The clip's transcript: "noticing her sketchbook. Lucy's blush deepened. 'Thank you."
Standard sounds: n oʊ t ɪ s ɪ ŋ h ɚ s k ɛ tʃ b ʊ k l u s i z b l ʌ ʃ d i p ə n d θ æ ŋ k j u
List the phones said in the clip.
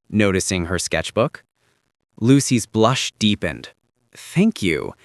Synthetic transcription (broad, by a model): n oʊ t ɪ s ɪ ŋ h ɚ s k ɛ tʃ b ʊ k l u s i z b l ʌ ʃ d i p ə n d θ æ ŋ k j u